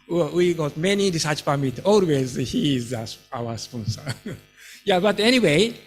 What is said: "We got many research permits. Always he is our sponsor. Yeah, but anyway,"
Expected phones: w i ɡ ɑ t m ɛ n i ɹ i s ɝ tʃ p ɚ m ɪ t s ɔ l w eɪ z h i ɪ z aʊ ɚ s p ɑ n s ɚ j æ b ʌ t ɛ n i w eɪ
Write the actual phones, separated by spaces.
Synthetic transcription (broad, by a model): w i ɡ ɑ t m ɛ n i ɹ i s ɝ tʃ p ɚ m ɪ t ɔ l w eɪ z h i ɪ s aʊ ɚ s p ɑ n s ɚ j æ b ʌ t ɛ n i w eɪ